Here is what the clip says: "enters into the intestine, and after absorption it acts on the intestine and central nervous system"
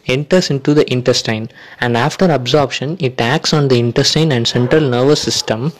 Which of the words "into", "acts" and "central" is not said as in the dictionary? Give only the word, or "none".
none